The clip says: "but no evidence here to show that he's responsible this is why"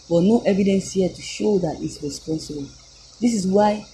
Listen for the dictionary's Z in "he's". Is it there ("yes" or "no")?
no